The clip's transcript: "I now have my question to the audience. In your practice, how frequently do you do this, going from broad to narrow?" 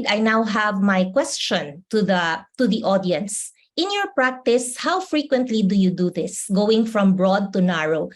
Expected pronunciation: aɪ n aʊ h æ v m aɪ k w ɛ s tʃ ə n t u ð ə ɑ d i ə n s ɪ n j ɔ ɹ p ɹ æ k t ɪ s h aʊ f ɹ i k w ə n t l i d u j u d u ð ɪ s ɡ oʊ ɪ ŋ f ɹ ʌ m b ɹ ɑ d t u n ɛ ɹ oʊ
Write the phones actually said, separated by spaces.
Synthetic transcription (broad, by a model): aɪ n aʊ h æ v m aɪ k w ɛ s tʃ ə n t u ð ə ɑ d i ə n s ɪ n j ɔ ɹ p ɹ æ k t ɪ s h aʊ f ɹ i k w ə n t l i d u j u d u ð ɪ s ɡ oʊ ɪ ŋ f ɹ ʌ m b ɹ ɑ d t u n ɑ ɹ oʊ